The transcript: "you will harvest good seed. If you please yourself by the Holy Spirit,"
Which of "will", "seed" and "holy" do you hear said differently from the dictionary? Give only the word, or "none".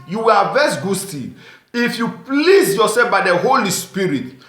seed